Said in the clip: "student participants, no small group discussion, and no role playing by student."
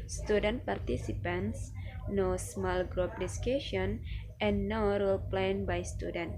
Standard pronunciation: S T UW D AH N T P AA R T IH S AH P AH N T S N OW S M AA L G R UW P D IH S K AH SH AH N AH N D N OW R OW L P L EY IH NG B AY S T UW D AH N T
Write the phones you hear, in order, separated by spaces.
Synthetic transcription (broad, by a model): S T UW D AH N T P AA R T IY S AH P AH N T S N OW S M AA L G R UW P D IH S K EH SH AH AH N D N OW R OW L P L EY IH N B AY S T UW D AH N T